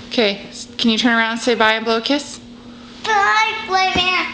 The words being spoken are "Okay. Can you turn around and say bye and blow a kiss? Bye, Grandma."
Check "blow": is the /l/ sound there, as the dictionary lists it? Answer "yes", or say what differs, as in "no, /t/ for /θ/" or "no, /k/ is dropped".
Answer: yes